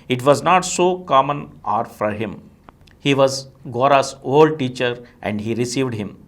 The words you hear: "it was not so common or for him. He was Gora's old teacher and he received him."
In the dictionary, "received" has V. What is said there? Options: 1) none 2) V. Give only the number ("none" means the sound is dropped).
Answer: 2